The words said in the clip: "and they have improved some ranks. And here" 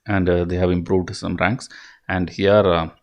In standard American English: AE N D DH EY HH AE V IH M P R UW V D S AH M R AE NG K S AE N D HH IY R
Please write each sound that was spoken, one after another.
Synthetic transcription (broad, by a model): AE N D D EY HH AE V IH M P R UW V D S AH M R AE NG K S AE N D HH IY R